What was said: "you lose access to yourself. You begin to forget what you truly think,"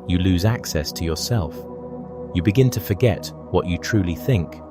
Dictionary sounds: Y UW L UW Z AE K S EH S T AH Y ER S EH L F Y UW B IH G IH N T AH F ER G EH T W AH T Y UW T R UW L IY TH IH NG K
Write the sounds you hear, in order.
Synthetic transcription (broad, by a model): Y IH L UW Z AE K S EH S T AH Y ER S EH L F Y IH B IH G IH N T AH F ER G EH T W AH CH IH T R UW L IY TH IH NG K